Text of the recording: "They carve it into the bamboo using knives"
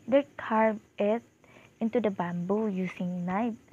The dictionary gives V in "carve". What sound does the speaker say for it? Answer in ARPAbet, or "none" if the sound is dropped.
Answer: none